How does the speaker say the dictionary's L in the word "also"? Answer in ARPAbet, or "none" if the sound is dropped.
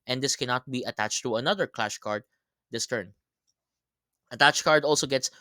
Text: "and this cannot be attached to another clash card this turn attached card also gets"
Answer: L